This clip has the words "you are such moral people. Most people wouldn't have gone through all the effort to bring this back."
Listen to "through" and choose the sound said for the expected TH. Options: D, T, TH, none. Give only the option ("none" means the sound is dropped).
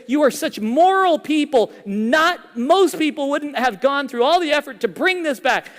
TH